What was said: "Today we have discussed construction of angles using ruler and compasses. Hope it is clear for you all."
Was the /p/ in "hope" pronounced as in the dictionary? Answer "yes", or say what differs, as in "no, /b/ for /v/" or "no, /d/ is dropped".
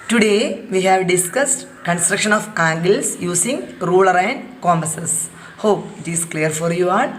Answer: yes